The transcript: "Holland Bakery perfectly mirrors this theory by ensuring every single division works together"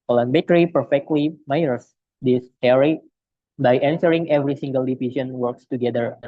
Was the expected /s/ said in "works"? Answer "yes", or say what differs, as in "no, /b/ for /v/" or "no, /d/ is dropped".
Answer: yes